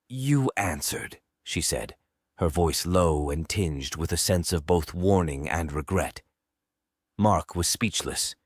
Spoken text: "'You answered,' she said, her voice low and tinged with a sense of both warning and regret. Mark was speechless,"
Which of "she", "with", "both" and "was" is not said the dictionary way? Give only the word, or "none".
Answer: none